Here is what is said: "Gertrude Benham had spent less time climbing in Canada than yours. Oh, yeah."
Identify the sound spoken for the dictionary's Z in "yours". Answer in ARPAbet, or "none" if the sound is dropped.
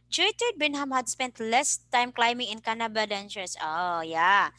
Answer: S